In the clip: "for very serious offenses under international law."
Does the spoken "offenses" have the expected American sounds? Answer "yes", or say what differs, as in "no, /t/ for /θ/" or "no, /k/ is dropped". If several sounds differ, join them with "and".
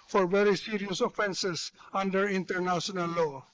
no, /s/ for /z/